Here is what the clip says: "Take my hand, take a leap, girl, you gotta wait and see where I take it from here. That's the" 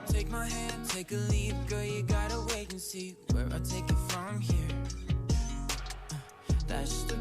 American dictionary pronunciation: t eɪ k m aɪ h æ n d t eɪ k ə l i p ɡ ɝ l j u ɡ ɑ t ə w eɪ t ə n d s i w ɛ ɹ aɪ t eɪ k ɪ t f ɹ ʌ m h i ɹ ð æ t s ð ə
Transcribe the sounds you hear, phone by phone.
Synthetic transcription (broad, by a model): t eɪ k m aɪ h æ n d t eɪ k ə l i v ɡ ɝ j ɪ ɡ ɑ t ə w eɪ ə n s i w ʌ ɹ aɪ t eɪ k ɪ t f ɹ ʌ m h i ɹ ð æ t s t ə